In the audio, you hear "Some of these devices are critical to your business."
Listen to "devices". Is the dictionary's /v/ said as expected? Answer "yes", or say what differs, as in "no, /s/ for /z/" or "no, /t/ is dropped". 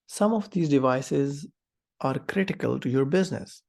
yes